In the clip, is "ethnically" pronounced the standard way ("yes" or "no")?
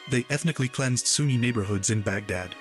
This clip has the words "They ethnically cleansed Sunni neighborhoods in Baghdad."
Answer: yes